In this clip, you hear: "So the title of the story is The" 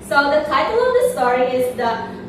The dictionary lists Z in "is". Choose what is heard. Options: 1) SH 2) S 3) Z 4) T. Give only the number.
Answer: 3